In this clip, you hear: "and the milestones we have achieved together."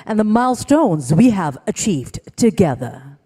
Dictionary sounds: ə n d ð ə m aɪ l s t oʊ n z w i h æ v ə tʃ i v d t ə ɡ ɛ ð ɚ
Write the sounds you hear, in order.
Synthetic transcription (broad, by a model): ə n ð ə m aɪ l s t oʊ n z w i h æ v ə tʃ i v d t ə ɡ ɛ ð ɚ